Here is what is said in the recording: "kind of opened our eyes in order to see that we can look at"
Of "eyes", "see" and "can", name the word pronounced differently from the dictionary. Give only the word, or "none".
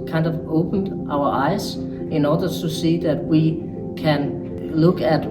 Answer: eyes